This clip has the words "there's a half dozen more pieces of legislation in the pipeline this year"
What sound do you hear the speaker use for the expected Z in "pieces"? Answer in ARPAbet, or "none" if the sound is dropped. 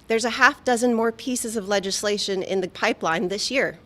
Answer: Z